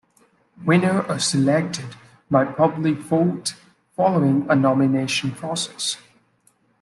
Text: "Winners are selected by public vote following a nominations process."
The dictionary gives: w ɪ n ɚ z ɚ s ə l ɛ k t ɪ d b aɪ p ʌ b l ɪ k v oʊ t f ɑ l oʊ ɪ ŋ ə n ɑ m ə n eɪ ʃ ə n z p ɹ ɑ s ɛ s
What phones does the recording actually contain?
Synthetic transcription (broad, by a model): w ɪ n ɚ ɚ s ə l ɛ k t ɪ d b aɪ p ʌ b l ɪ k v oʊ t f ɑ l oʊ ɪ ŋ ə n ɑ m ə n eɪ ʃ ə n p ɹ ɑ s ɛ s